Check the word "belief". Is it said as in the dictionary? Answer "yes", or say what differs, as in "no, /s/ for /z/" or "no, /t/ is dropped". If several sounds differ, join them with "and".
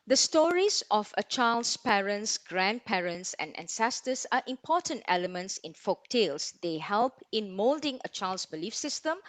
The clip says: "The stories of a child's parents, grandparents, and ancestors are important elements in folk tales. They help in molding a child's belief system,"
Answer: yes